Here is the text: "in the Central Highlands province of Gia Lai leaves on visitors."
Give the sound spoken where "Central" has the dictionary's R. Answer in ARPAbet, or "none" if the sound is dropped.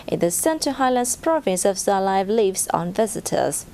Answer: none